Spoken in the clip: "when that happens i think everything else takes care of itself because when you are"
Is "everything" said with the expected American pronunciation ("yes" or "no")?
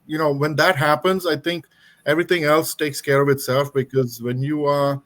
no